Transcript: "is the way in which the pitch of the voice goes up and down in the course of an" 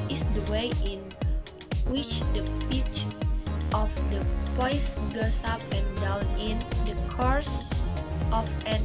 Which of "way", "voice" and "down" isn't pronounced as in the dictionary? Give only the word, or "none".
voice